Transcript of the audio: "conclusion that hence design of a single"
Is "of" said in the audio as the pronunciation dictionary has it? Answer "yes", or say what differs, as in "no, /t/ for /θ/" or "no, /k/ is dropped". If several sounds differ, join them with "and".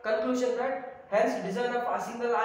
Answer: no, /p/ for /v/